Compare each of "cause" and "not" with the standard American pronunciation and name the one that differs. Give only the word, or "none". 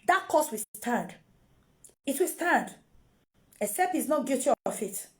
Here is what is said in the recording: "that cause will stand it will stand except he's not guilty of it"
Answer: cause